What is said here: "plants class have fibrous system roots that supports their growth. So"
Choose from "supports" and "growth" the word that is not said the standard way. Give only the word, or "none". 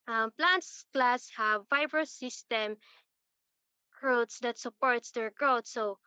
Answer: growth